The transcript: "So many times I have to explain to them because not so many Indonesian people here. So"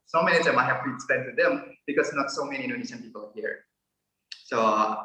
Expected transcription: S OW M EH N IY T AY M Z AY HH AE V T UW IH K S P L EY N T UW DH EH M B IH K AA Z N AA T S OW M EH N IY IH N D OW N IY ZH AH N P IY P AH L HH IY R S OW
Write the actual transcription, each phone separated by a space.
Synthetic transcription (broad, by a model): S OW M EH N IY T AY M AY HH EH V T UW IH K S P EY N T UW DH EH M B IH K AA S N AA T S OW M EH N IY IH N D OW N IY SH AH N P IY P AH L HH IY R S OW